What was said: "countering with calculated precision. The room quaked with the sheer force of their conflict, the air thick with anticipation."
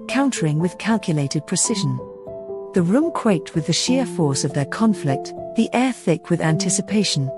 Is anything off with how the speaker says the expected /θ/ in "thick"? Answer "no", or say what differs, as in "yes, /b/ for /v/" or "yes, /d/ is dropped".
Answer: no